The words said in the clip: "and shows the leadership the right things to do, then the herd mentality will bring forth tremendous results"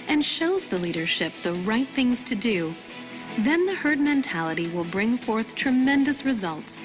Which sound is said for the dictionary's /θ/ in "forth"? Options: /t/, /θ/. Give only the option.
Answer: /θ/